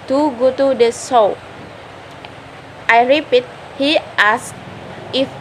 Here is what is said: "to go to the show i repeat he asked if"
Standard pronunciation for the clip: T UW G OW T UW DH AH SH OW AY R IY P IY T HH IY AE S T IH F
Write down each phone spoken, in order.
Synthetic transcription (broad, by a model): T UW G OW T UW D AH S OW AY R IY P IY T HH IY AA S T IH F